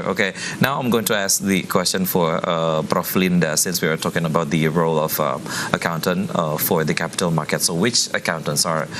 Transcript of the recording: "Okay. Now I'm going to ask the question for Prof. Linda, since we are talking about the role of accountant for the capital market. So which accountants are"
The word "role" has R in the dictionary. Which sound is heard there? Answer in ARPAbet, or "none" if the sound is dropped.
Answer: R